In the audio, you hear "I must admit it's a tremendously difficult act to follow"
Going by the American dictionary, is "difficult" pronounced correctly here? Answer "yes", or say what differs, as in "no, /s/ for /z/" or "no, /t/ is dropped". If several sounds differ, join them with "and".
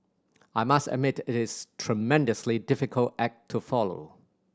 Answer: yes